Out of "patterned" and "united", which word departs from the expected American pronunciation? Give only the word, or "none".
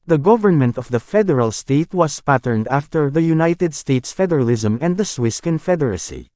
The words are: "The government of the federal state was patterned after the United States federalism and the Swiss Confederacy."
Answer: none